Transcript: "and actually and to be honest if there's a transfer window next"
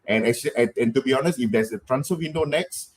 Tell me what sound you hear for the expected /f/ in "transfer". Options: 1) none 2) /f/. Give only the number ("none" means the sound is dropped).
1